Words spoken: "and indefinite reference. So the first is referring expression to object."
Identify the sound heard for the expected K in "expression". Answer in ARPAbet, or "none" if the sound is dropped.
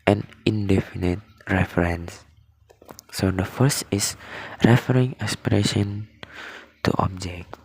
none